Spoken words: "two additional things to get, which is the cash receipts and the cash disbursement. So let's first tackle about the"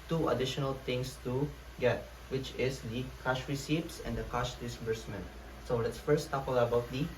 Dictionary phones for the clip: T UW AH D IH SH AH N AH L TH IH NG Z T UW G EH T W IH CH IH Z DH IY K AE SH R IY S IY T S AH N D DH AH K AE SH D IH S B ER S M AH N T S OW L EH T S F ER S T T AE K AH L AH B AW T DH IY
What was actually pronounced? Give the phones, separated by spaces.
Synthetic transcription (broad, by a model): T UW AH D IH SH AH N AH L T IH NG S T UW G EH T W IH CH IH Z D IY K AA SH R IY S IY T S AH N D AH K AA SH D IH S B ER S M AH N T S OW L EH T S F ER S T T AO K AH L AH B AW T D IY